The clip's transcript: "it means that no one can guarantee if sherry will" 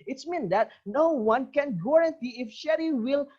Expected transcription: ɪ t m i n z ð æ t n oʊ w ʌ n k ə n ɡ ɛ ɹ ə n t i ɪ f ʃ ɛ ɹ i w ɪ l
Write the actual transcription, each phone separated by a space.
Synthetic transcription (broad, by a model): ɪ t m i n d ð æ t n oʊ w ʌ n k ə n ɡ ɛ ɹ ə n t i ɪ f ʃ ɛ ɹ i w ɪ l